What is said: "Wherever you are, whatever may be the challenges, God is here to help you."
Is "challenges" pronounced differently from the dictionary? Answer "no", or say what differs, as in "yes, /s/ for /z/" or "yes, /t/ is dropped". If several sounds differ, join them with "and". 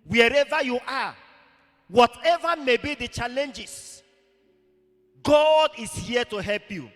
yes, /s/ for /z/